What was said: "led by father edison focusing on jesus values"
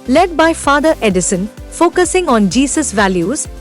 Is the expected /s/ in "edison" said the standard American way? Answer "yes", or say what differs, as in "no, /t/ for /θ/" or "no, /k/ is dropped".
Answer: yes